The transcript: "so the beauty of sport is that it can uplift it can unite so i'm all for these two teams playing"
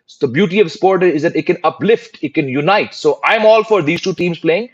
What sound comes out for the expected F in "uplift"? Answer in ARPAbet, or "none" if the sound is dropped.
F